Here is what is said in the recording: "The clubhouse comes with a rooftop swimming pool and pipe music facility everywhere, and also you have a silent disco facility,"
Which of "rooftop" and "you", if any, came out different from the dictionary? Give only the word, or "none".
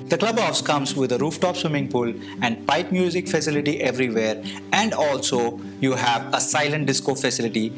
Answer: none